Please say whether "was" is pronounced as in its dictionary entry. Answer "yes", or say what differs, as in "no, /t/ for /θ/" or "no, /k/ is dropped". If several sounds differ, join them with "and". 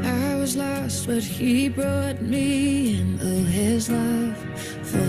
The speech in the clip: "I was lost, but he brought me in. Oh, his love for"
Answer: yes